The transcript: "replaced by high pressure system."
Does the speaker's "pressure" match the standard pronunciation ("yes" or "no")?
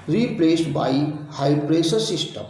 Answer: no